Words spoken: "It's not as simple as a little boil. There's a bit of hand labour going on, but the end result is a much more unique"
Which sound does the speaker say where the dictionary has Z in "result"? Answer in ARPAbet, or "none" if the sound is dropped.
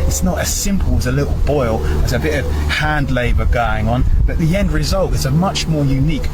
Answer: Z